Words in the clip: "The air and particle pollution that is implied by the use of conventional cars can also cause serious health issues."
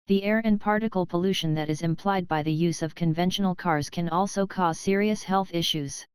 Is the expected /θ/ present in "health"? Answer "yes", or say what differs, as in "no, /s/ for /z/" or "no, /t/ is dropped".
yes